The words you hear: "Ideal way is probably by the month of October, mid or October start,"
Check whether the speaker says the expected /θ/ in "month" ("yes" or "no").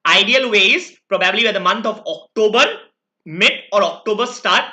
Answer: no